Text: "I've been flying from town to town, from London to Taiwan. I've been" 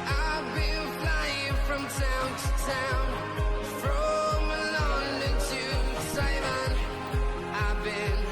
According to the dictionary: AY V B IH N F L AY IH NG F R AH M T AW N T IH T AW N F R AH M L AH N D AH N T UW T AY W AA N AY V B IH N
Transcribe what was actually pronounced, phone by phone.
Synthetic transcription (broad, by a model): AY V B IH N F L AY IH NG F R AH M T AW N T IH T AW N F R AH M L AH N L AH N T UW S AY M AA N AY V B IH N